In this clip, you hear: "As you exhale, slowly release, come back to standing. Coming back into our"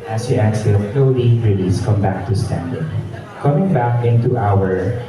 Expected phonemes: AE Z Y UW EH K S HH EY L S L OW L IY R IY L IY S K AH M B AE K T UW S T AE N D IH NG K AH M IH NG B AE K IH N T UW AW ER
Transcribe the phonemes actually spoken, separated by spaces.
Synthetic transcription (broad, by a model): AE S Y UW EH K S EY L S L OW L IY R IY L IY S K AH M B AE K T UW S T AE N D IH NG K AH M IH NG B AE K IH N T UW AW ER